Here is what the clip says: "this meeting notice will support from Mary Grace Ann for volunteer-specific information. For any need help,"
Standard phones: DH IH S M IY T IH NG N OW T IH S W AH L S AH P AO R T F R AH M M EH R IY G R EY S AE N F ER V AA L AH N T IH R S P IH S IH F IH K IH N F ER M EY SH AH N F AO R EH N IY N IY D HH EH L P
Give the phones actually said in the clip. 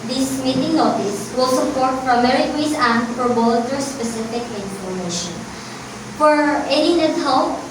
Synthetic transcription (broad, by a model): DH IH S M IY T IH NG N OW T IH S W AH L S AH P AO R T P R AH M M EH R IY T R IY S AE N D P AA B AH L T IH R S P IH S IH F IH K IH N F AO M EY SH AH N F AO R EH N IY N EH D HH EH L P